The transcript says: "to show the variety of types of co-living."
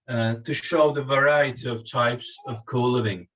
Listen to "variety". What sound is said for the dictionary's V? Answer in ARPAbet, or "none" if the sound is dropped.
V